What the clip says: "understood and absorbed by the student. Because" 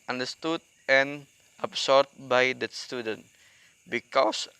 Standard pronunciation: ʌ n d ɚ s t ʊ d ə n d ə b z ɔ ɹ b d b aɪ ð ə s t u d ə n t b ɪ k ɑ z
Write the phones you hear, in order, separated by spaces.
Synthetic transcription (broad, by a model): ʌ n d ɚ s t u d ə n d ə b s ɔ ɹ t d b aɪ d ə s t u d ə n t b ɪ k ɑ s